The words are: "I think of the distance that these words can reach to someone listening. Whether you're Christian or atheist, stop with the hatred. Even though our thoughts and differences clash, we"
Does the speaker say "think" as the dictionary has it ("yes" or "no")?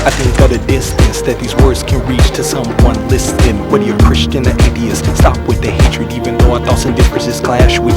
yes